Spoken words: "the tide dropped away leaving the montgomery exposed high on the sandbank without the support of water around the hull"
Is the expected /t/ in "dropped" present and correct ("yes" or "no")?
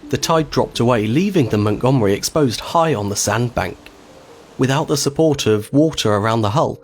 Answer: yes